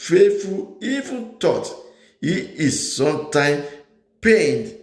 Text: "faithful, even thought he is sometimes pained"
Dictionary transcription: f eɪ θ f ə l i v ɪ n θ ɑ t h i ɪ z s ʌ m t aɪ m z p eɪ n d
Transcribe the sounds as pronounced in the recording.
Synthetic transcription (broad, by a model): f eɪ f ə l i v ɪ n t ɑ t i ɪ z s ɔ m t aɪ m p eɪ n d